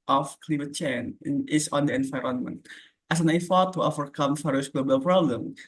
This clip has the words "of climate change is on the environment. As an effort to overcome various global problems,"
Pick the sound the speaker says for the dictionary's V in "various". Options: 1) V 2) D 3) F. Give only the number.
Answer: 3